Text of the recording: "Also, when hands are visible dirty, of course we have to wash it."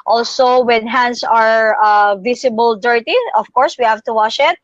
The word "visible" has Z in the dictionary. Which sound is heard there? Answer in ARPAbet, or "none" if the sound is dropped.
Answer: S